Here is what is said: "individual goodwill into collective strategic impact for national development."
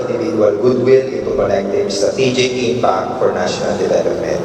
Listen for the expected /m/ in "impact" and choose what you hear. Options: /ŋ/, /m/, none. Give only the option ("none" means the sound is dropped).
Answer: none